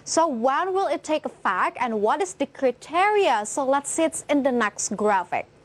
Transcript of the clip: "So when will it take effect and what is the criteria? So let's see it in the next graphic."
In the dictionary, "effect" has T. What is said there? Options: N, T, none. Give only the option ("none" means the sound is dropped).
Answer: none